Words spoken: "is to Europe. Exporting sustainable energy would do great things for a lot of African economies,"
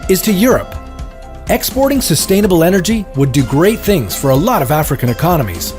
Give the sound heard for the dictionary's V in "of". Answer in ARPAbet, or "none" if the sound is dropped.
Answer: V